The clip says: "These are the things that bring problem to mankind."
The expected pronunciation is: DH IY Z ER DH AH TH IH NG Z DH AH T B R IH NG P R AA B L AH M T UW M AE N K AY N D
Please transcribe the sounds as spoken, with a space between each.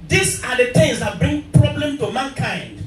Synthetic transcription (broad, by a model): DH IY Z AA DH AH T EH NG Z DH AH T B R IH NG P R AA B L AH M T UW M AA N K AY N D